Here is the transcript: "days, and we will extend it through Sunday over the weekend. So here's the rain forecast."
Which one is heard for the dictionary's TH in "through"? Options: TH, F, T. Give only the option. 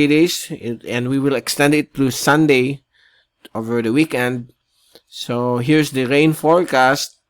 T